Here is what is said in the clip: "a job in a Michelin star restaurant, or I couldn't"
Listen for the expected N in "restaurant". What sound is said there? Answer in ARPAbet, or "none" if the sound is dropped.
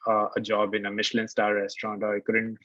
N